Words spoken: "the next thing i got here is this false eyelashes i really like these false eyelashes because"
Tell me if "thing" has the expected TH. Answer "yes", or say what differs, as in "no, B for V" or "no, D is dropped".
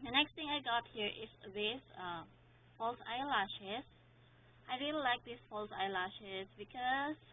no, T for TH